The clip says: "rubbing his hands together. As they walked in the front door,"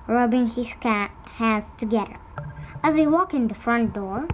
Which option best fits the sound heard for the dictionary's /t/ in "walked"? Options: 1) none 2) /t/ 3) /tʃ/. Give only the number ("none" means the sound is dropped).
1